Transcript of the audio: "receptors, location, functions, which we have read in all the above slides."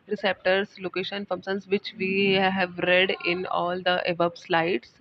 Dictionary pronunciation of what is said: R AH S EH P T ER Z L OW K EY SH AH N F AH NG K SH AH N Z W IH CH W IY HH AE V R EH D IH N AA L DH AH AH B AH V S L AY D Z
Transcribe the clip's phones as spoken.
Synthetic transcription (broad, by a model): R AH S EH P T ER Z L OW K EY SH AH N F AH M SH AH N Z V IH CH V IY HH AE V R EH D IH N AA L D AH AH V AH B S L AY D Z